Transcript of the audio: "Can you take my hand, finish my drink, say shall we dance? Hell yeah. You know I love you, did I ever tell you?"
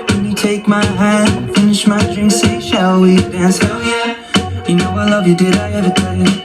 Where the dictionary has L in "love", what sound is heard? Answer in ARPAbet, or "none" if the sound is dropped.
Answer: L